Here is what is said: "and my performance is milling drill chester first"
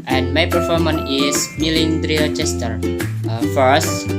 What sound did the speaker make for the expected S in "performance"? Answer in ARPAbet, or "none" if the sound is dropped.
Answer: none